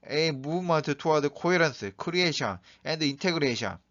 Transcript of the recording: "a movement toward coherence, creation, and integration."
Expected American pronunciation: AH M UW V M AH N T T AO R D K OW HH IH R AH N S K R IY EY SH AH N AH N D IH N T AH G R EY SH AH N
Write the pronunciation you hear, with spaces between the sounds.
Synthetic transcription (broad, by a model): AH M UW M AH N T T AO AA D K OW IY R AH N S K R IY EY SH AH N AH N D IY N T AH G R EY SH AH N